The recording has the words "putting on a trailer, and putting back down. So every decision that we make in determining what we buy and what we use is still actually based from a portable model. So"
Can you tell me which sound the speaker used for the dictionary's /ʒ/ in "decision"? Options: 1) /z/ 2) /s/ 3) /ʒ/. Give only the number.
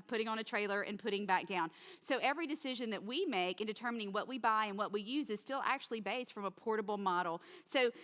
3